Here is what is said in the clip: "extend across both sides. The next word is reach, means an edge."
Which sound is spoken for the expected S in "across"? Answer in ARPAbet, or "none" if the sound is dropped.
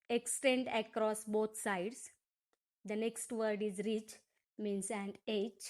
S